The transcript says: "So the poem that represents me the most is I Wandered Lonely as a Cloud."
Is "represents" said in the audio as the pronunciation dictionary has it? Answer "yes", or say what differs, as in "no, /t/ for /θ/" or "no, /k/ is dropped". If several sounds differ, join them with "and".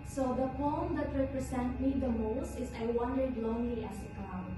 no, /s/ is dropped